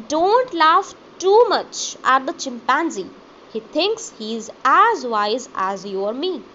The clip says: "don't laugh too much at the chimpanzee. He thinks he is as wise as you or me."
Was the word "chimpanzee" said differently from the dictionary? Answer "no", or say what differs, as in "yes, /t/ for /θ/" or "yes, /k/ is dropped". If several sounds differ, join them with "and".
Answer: no